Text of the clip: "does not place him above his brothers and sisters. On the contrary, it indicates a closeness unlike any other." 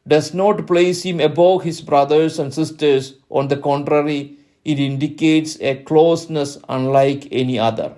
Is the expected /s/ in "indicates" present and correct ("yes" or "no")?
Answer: yes